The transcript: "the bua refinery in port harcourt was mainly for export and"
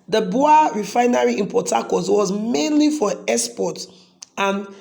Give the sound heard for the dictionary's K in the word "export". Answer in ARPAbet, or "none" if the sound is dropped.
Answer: none